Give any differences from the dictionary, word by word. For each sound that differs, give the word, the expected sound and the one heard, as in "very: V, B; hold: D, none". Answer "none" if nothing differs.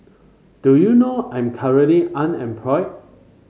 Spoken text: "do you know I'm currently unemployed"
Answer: currently: N, none